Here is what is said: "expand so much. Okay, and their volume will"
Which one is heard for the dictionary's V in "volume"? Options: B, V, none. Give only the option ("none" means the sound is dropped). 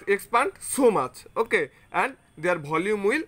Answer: B